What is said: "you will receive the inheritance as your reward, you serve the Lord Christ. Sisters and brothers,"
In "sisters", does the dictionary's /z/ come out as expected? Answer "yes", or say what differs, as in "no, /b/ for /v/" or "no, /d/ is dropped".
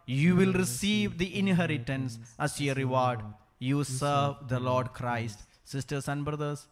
no, /s/ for /z/